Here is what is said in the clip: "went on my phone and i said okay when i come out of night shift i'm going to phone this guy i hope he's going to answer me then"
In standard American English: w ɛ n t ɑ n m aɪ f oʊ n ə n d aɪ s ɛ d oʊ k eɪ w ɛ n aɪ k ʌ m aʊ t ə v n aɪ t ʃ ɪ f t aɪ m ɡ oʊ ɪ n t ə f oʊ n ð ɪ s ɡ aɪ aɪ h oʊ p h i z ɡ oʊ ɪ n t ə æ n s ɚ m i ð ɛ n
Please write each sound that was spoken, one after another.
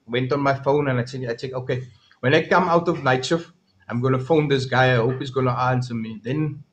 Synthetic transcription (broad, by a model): w ɛ n t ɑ n m aɪ f oʊ n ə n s aɪ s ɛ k oʊ k eɪ w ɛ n aɪ k ʌ m aʊ t ə v n aɪ t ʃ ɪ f aɪ m ɡ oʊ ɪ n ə f oʊ n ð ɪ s ɡ aɪ aɪ h oʊ p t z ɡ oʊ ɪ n t ə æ n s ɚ m i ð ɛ n